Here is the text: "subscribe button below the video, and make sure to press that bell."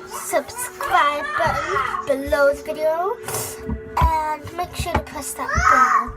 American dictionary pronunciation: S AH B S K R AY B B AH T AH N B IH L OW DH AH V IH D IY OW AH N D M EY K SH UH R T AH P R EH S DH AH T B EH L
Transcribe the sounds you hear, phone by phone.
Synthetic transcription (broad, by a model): S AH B S K R AY B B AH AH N B IH L OW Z V IH D IY OW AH N M EY K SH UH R T AH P UH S DH AH T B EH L